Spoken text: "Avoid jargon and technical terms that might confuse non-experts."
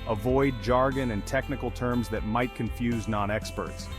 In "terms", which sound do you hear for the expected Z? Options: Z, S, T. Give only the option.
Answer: Z